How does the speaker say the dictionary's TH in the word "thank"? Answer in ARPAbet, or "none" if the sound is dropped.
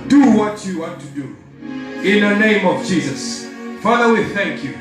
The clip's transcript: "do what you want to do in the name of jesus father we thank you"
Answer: TH